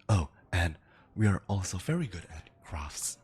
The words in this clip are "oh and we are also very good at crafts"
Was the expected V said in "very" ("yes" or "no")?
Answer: yes